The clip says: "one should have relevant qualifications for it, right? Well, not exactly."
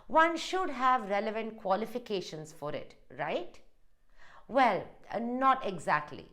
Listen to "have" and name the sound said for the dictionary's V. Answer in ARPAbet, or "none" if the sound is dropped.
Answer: V